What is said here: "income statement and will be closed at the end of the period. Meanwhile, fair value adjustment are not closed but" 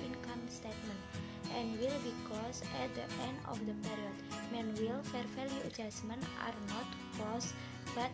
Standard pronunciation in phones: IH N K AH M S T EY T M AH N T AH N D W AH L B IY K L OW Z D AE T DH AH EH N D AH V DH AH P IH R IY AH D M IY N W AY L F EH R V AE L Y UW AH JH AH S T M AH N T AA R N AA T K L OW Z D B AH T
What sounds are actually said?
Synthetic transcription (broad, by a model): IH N K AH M S T EY T M AH N T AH N W AH L B IY K L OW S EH T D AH EH N D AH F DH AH P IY R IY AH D M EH N W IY L F EH R F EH L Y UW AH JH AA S M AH N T AA R N AA T K L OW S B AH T